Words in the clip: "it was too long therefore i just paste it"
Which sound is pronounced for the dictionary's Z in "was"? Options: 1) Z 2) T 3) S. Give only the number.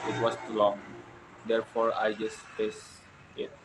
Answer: 3